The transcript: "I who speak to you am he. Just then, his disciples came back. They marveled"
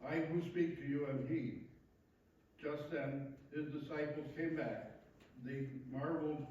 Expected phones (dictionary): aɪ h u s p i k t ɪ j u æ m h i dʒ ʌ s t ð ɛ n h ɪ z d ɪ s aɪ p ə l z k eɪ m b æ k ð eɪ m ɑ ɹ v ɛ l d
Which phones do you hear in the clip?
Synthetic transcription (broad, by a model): aɪ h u s p i k t ɪ j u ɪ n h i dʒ ʌ s t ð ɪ n h ɪ z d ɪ s aɪ p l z k eɪ m b æ k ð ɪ m ɑ ɹ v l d